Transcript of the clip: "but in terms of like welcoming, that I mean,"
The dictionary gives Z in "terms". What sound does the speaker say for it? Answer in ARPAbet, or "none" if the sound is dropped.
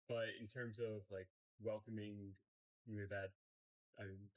Z